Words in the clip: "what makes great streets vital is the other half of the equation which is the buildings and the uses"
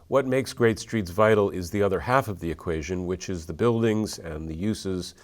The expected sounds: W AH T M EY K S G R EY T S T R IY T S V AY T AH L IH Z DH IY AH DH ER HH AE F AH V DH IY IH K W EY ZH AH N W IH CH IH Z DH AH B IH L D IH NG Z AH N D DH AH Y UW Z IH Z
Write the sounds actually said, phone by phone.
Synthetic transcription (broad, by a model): W AH T M EY K S G R EY T S T R IY T S V AY T L IH Z DH IY AH DH ER HH AE F AH V DH IY IH K W EY ZH AH N W IH CH IH Z DH AH B IH L D IH NG Z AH N DH AH Y UW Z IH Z